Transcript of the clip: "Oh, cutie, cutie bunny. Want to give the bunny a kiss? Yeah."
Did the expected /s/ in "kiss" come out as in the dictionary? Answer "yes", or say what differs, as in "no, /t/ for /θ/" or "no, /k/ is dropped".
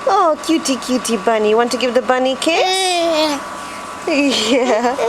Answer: no, /s/ is dropped